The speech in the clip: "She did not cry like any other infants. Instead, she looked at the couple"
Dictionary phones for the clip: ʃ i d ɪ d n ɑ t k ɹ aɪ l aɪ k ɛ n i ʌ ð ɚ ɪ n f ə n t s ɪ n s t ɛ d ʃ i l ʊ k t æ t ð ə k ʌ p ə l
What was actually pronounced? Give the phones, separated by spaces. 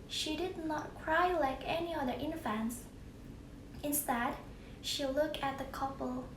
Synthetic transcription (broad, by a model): ʃ i d ɪ d n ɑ t k ɹ aɪ l aɪ k ɛ n i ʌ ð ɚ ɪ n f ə n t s ɪ n s t ɛ d ʃ i l ʊ k t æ t ð ə k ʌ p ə l